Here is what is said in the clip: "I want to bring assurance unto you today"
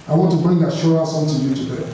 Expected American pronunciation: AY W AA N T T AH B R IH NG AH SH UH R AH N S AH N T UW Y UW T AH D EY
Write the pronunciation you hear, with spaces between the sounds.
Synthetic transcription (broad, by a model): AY W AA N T T AH B R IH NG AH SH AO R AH S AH L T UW Y UW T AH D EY